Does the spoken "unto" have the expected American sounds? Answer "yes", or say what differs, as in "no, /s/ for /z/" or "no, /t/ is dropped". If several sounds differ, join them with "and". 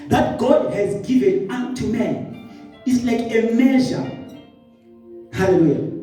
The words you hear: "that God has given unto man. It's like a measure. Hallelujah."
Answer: no, /n/ is dropped